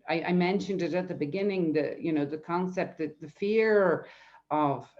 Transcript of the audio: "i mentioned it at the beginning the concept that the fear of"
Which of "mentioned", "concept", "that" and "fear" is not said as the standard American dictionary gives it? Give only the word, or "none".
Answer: none